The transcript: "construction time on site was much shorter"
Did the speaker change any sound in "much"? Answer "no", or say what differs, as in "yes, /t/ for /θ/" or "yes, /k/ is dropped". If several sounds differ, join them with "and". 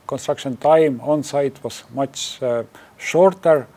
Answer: yes, /s/ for /tʃ/